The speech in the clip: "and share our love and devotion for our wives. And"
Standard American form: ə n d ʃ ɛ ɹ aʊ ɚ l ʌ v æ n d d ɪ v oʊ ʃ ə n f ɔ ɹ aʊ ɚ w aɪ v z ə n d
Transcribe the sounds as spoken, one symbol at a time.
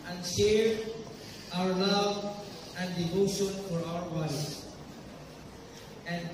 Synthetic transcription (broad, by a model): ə n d ʃ ɛ ɹ aʊ ɚ l ʌ v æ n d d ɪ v oʊ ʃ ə n f ɔ ɹ aʊ ɚ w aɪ z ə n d